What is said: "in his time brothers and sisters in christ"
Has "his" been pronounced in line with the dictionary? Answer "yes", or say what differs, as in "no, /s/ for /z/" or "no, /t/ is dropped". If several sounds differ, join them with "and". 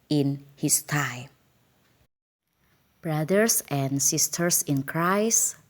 no, /s/ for /z/